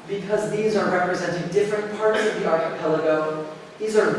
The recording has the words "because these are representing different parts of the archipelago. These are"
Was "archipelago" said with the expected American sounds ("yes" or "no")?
no